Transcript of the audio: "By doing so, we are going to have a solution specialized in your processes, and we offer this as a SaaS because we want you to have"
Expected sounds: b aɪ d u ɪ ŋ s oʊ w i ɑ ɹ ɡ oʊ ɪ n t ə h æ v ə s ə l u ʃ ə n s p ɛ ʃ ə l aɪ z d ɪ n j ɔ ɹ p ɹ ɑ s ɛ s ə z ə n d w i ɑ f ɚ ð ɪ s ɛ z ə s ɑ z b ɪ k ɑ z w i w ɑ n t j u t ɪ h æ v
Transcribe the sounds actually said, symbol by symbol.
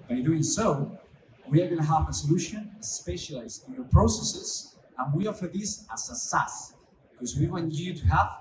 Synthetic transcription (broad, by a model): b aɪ d u ɪ ŋ s oʊ w i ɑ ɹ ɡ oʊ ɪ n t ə h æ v ə s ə l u ʃ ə n s p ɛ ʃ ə l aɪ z ɪ n j ɔ ɹ p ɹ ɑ s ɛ s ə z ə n w i ɑ f ɚ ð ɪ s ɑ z ə s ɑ s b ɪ k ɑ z w i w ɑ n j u t ɪ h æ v